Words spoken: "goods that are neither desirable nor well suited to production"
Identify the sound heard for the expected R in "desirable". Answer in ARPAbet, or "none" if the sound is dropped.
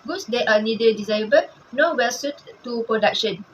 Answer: none